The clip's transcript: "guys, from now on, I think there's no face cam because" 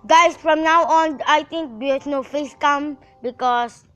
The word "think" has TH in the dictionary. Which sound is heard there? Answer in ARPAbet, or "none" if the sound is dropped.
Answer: T